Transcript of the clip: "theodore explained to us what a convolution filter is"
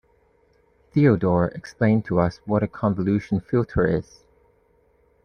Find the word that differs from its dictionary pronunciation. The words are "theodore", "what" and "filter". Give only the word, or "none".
none